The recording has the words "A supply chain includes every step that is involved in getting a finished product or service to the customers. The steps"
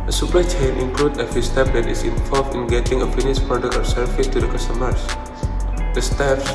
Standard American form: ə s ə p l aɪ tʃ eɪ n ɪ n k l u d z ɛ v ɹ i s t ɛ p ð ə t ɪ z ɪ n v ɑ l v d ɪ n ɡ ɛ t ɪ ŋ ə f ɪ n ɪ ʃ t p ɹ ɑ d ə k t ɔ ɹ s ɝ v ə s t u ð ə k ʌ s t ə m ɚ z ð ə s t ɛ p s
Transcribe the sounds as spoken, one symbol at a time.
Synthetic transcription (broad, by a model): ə s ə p aɪ tʃ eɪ n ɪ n k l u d ʌ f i s t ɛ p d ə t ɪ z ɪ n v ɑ l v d ɪ n ɡ ɛ t ɪ ŋ ə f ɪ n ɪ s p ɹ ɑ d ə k ɔ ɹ s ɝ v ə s t u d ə k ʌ s t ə m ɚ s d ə s t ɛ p s